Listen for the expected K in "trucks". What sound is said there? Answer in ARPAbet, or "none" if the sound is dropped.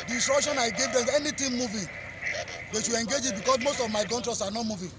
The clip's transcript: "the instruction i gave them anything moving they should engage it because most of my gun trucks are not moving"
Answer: none